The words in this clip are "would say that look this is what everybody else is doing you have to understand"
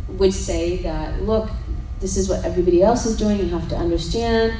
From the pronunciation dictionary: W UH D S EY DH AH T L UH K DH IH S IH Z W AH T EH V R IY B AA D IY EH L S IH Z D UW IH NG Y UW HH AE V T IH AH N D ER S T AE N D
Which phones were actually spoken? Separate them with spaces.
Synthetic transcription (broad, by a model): W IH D S EY DH AH T L UH K DH IH S IH Z W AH T EH V R IY B AA D IY EH L S IH Z D UW IH NG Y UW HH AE F T IH AH N D ER S T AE N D